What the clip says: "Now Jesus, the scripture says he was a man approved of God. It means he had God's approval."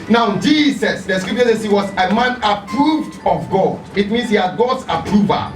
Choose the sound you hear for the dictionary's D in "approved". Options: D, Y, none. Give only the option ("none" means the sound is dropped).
D